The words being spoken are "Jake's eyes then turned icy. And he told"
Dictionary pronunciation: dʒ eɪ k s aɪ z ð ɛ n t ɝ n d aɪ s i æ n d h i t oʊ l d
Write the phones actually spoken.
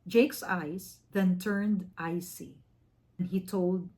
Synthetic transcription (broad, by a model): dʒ eɪ k s aɪ s ð ɛ n t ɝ n d aɪ s i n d h i t oʊ l d